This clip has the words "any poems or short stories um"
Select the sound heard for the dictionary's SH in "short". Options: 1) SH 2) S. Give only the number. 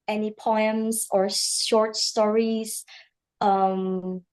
1